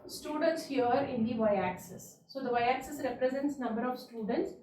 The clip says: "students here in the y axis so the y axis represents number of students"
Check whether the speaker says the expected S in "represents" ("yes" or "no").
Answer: yes